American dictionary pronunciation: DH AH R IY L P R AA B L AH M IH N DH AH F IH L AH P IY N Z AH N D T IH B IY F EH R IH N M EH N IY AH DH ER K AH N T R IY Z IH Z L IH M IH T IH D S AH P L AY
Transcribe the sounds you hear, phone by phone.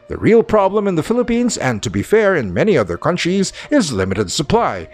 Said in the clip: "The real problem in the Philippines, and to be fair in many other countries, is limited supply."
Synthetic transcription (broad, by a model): DH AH R IY L P R AA B L AH M IH N DH AH F IH L AH P IY N Z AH N T IH B IY F EH R IH N M EH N IY AH DH ER K AH N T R IY Z IH Z L IH M IH T IH D S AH P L AY